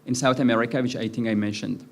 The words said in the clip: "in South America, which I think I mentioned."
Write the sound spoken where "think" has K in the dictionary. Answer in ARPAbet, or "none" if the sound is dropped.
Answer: none